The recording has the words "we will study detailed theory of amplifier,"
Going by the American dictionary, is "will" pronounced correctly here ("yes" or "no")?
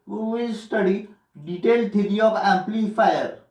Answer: no